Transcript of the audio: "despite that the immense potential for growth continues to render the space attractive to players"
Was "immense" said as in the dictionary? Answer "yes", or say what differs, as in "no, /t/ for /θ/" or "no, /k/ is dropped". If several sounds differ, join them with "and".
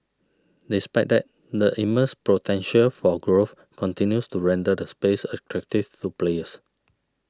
no, /n/ is dropped